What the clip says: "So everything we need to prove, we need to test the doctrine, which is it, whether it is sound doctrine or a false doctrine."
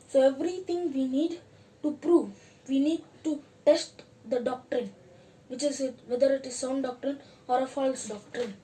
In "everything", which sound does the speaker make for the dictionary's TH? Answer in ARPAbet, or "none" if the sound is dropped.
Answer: T